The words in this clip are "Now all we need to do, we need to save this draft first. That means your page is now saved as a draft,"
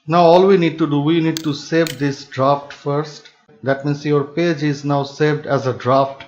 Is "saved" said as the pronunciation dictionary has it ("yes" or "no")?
yes